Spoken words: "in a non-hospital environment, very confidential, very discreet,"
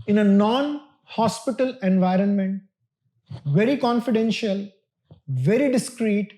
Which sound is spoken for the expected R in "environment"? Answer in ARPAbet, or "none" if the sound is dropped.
R